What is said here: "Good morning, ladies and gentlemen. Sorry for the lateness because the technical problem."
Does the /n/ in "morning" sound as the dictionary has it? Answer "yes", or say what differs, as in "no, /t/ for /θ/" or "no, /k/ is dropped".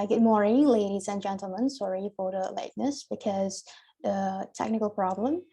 no, /n/ is dropped